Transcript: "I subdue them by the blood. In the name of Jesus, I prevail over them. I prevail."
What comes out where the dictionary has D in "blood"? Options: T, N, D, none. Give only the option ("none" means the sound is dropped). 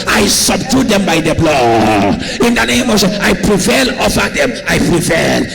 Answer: none